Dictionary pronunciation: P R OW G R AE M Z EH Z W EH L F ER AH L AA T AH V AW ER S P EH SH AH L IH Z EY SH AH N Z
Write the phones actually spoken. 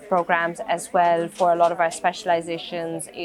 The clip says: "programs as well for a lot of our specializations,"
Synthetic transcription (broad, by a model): P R OW G R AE M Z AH Z W EH L F ER AH L AA T AH V AW ER S P EH SH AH L IH Z EY SH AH N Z